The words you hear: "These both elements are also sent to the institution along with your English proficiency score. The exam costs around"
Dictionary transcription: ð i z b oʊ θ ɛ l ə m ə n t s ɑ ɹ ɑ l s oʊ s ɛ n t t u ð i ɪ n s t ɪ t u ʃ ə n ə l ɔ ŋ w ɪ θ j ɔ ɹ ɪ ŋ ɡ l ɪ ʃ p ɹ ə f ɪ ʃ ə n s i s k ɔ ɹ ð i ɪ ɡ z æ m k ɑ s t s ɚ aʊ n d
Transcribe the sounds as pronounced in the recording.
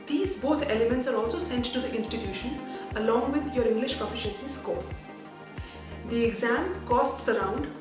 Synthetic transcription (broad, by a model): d i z b oʊ t ɛ l ə m ə n t s ɑ ɹ ɑ l s oʊ s ɛ n t t u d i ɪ n s t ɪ t u ʃ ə n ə l ɔ ŋ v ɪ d j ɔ ɹ ɪ ŋ ɡ l ɪ ʃ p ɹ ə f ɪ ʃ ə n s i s k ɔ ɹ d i ɪ ɡ z æ m k ɑ s t s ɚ aʊ n d